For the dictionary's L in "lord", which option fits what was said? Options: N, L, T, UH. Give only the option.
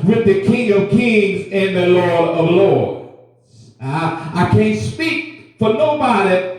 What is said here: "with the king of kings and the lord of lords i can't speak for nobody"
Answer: L